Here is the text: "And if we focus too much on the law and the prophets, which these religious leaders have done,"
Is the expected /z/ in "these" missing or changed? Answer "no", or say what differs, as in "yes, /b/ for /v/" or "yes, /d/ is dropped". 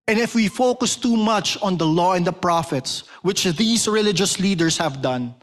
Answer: yes, /s/ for /z/